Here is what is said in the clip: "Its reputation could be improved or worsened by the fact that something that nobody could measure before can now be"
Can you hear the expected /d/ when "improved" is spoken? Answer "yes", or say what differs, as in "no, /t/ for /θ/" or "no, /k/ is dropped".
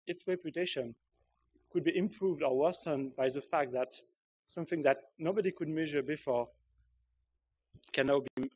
yes